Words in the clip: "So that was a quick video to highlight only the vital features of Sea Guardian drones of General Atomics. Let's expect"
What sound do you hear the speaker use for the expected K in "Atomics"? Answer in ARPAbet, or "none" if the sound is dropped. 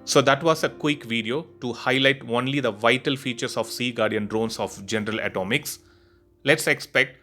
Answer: K